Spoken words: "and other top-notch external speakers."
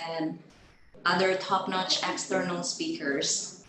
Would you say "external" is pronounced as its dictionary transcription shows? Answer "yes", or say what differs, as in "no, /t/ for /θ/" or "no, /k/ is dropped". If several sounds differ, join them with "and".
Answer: yes